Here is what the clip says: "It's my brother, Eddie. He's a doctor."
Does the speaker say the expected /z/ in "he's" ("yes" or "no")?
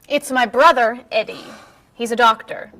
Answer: yes